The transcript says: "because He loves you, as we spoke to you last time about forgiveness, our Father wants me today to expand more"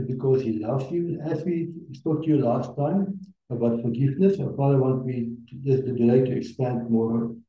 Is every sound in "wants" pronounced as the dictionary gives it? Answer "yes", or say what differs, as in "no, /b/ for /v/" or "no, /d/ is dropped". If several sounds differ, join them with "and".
no, /s/ is dropped